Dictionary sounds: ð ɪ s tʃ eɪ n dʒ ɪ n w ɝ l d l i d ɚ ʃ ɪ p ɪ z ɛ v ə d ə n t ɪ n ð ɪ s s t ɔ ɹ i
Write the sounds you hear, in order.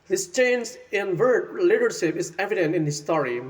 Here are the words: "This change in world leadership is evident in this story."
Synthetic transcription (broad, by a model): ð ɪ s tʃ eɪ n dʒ ɪ n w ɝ d l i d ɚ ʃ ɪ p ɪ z ɛ v ə d ə n t ɪ n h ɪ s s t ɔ ɹ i